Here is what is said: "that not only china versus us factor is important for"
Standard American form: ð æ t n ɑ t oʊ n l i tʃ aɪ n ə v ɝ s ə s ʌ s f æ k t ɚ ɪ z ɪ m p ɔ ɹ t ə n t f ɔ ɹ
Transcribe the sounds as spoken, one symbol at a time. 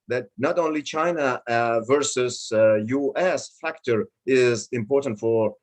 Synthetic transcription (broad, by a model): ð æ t n ɑ t oʊ n l i tʃ aɪ n ə v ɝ s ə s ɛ s f æ k t ɚ ɪ z ɪ m p ɔ ɹ t ə n t f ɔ ɹ